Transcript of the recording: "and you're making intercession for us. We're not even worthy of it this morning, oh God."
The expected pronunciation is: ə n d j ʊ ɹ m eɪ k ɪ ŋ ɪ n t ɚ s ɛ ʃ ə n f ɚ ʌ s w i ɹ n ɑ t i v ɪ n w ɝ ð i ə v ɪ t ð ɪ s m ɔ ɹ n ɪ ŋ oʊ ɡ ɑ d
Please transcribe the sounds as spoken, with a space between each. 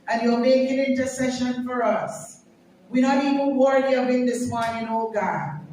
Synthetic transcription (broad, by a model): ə n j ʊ l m eɪ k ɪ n ɪ n t ɚ s ɛ ʃ ə n f ɚ ʌ s w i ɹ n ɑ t i v ɪ n w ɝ i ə b ɪ t ð ɪ s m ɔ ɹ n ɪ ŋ oʊ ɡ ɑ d